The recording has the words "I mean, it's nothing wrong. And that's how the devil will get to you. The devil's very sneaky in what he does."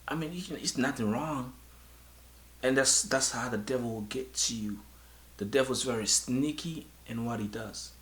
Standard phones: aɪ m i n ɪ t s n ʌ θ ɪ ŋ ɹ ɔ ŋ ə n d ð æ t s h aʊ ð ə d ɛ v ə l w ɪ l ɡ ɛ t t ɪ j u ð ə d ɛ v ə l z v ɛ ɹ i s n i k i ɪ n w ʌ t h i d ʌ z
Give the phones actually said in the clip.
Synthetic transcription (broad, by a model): aɪ m i n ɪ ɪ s n ʌ θ ɪ ŋ ɹ ɔ ŋ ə n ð ð æ t s h aʊ ð ə d ɛ v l w ɪ l ɡ ɛ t t ɪ j u ð ə d ɛ v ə z v ɛ ɹ i s n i k i ɪ n w ʌ t h i d ʌ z